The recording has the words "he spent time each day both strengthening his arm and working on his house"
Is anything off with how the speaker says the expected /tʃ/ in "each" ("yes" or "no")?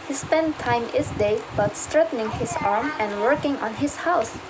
yes